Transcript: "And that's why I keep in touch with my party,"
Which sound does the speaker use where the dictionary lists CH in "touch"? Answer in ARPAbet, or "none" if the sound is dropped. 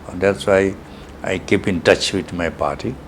CH